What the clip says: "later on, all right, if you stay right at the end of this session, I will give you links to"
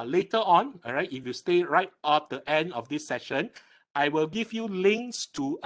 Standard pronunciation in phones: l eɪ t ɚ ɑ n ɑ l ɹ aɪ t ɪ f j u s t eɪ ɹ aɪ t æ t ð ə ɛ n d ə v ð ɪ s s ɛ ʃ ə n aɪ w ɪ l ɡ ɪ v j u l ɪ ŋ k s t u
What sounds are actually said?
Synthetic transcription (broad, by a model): l eɪ t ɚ ɑ n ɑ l ɹ aɪ t ɪ f j u s t eɪ ɹ aɪ t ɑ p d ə ɛ n d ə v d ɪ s s ɛ ʃ ə n aɪ w ɪ l ɡ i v j u l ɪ ŋ k s t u